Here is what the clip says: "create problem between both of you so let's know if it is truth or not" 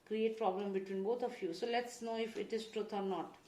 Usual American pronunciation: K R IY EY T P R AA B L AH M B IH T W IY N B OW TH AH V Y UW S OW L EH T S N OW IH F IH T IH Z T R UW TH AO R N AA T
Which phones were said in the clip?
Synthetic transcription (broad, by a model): K R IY EY T P R AA B L AH M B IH T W IY N B OW T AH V Y UW S OW L EH T S N OW IH F IH T IH Z T R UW T AO R N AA T